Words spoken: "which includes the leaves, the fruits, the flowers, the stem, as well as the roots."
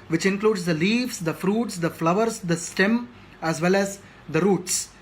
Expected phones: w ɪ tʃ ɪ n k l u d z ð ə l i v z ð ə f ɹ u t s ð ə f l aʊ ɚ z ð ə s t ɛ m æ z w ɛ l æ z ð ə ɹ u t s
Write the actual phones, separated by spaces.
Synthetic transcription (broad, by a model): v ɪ tʃ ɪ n k l u d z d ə l i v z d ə f ɹ u t s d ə f l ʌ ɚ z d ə s t ɛ m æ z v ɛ l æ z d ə ɹ u t s